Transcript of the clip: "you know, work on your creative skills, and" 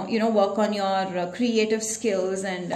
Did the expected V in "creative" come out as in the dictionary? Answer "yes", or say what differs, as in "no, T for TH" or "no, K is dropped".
yes